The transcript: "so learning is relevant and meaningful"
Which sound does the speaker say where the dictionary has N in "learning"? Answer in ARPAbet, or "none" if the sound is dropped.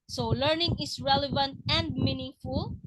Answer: N